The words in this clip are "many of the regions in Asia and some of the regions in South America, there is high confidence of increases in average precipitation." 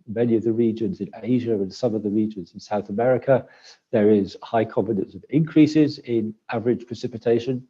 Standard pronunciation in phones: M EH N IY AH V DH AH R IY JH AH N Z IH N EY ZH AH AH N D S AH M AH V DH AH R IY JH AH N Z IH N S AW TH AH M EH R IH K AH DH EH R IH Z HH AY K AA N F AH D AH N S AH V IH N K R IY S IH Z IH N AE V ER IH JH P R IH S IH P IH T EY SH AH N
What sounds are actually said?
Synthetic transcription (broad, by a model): M EH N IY AH V DH AH R IY JH AH N Z IH N EY ZH AH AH N S AH M AH V DH AH R IY JH AH N Z IH N S AW TH AH M EH R IH K AH DH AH R IH Z HH AY K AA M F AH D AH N S AH V IH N K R IY S IH Z IH N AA V ER IH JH P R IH S IH P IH T EY SH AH N